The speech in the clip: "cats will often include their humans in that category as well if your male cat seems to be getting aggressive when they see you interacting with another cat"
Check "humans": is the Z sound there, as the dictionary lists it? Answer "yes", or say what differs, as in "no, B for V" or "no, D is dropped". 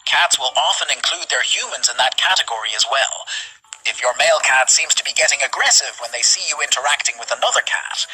yes